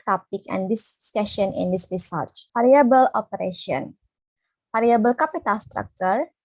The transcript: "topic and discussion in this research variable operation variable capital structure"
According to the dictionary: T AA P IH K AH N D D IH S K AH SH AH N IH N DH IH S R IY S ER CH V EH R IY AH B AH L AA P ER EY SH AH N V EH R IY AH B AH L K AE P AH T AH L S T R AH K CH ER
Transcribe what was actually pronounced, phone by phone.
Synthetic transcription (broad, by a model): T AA P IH K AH N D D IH S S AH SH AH N IH N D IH S R IY S ER CH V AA R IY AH B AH L AA P ER EY SH AH N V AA R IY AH B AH L K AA P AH T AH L S T R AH K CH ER